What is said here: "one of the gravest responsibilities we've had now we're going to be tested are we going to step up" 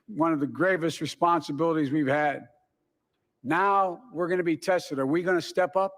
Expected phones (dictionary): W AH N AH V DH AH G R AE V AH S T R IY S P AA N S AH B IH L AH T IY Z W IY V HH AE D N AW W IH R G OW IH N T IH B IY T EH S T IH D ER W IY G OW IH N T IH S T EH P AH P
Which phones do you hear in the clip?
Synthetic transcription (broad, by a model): W AH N AH V DH AH G R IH V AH S T R IY S P AA N S AH B IH L AH T IY Z W IY V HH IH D N AW W IH R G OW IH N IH B IY T EH S T IH D ER W IY G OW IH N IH S T EH P AH P